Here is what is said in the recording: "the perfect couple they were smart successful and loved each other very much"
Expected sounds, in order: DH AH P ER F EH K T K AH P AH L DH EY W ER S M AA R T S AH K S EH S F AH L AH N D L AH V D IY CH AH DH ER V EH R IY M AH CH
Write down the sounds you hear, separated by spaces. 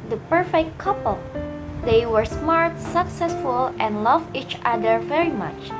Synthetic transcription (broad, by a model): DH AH P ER F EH K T K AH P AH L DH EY W ER S M AA R T S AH K S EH S F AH L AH N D L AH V IY CH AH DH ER V EH R IY M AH CH